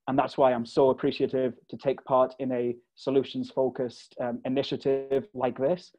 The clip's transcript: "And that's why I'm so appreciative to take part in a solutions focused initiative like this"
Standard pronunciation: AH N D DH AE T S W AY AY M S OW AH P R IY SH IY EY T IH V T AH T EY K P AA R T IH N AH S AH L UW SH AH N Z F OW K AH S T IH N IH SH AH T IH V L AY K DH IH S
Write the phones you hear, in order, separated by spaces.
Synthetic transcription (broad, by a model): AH N DH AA T S W AY AY M S OW AH P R IY SH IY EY T IH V T AH T EY K P AA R T IH N AH S AH L UW SH AH N Z F OW K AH S T IH N IH SH AH T IH V L AY K DH IH S